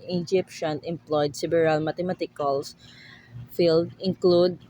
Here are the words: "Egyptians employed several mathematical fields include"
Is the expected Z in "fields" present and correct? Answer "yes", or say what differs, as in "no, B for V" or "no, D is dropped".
no, Z is dropped